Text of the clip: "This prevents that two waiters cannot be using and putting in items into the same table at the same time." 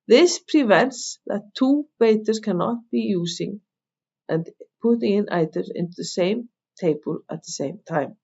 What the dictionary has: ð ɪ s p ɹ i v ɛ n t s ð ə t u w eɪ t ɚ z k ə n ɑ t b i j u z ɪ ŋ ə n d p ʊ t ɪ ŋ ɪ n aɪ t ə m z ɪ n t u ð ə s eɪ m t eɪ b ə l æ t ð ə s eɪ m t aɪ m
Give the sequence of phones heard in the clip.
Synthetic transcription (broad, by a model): ð ɪ s p ɹ i v ɛ n t s ð ə t u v eɪ t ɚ s k ə n ɑ t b i j u s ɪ ŋ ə n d p ʊ t ɪ ŋ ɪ n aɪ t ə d ɪ n t u ð ə s eɪ m t eɪ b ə l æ t ð ə s eɪ m t aɪ m